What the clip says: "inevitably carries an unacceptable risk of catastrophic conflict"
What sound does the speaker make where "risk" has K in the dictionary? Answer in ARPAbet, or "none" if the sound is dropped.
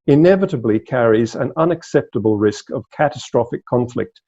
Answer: K